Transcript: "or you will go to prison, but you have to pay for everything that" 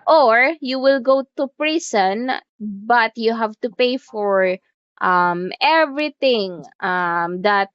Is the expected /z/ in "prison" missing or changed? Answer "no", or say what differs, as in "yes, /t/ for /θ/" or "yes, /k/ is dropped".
yes, /s/ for /z/